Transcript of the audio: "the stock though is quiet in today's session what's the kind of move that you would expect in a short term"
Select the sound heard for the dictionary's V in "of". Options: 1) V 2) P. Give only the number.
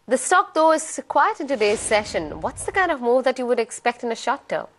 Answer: 1